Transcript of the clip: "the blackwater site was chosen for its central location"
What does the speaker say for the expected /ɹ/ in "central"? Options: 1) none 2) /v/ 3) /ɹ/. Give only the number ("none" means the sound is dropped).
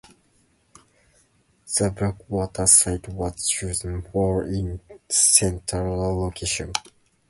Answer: 1